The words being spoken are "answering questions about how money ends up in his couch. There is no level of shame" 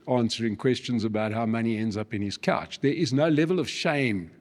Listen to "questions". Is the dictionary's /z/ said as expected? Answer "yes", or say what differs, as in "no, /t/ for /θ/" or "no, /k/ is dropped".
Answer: yes